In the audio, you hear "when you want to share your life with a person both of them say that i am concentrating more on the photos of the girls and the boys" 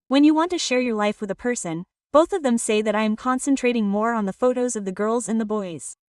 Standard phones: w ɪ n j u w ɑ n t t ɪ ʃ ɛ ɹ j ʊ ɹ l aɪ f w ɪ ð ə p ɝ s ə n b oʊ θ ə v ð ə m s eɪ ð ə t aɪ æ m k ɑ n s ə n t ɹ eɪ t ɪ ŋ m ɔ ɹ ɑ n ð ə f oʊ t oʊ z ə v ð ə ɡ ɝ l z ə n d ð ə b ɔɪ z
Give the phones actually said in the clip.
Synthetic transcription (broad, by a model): w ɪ n j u w ɑ n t t ɪ ʃ ɛ ɹ j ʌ ɹ l aɪ f w ɪ ð ə p ɝ s ə n b oʊ θ ə v ð ə m s eɪ ð ə t aɪ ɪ m k ɑ n s ə n t ɹ eɪ t ɪ ŋ m ɔ ɹ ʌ n ð ə f oʊ t oʊ z ə v ð ə ɡ ɝ l z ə n ð ə b ɔɪ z